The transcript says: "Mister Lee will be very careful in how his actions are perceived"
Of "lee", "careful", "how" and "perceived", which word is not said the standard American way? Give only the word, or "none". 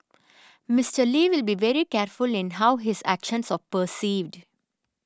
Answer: none